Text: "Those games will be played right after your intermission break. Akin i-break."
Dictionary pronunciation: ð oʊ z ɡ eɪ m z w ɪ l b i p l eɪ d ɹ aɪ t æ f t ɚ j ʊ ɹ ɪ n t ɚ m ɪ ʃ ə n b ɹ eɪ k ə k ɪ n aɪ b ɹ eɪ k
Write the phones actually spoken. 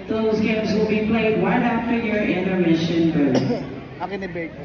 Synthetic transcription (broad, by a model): ð oʊ z ɡ eɪ m z w ɪ l b i p l eɪ d w aɪ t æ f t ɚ j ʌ ɹ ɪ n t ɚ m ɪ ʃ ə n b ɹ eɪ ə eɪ